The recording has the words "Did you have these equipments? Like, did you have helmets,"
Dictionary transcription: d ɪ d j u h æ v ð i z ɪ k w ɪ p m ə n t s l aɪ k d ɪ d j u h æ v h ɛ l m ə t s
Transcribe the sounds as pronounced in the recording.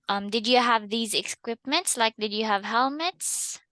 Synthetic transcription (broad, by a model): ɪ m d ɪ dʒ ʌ v ð i z ɪ k w ɪ p m ə n t s l aɪ k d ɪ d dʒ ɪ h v h ɛ l m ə t s